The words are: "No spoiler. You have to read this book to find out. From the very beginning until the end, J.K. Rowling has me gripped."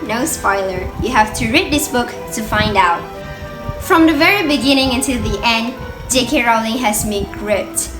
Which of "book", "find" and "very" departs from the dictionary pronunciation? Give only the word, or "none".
none